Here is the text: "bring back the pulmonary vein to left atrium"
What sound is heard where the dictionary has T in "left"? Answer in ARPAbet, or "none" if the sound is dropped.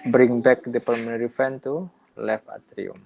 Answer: none